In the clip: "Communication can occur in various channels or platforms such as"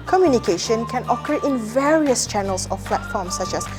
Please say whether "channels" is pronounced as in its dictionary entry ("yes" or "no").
no